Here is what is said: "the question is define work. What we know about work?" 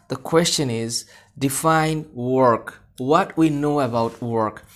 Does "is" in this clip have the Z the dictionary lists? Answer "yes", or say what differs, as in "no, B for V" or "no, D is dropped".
yes